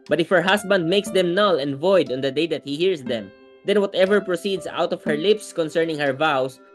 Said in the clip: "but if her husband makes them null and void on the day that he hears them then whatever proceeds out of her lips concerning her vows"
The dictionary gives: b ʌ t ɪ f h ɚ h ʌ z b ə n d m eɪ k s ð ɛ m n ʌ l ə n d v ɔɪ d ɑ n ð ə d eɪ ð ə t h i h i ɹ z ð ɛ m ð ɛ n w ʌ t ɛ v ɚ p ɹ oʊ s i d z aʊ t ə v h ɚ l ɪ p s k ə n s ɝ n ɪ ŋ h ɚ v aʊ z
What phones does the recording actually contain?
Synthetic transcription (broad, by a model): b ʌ t ɪ f h ɚ h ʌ s b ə n d m eɪ k s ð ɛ m n ʌ l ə n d v ɔɪ d ɑ n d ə d eɪ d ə t h i h i ɹ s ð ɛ m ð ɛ n w ʌ t ɛ v ɚ p ɹ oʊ s i d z aʊ t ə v h ɚ l ɪ p s k ə n s ɝ n ɪ ŋ h ɚ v aʊ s